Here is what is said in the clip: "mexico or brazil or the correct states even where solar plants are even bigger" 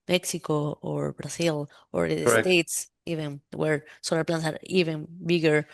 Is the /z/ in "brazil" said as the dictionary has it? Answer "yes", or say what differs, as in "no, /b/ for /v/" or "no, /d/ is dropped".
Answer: no, /s/ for /z/